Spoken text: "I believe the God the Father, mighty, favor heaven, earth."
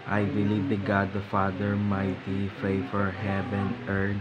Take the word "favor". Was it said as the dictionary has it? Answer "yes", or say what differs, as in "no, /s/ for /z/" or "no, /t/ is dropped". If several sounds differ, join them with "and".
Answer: no, /f/ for /v/